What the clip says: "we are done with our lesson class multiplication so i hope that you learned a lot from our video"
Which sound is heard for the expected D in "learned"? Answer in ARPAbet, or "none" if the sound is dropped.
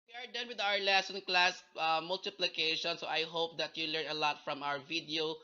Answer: none